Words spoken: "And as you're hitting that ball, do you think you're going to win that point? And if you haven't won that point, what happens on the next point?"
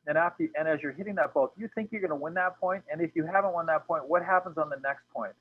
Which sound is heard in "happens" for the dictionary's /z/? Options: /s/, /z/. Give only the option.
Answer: /z/